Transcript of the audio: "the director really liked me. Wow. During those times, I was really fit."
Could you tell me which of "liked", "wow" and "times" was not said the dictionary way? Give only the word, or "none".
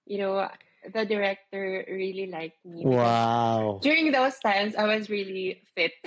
times